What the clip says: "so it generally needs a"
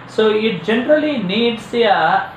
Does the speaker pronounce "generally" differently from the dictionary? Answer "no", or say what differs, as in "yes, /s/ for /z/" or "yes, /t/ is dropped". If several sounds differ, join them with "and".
no